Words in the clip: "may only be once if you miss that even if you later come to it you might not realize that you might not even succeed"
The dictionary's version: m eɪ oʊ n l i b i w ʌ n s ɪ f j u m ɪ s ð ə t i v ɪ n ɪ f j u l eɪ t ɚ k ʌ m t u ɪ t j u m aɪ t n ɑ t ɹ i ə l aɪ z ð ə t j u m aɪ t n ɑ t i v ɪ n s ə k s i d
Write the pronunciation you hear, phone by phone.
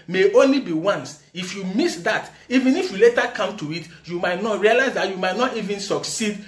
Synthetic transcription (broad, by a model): m eɪ oʊ n l i b i w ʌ n s ɪ f j u m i s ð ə t i v ɪ n ɪ f j u l eɪ t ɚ k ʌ m t u ɪ t j u m aɪ t n ɑ t ɹ i ə l aɪ z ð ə t j u m aɪ t n ɑ t i v ɪ n s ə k s i d